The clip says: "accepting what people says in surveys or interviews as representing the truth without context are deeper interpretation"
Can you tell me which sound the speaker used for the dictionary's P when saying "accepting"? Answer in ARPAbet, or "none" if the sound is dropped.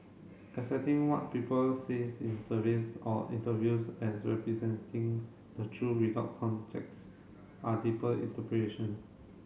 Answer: none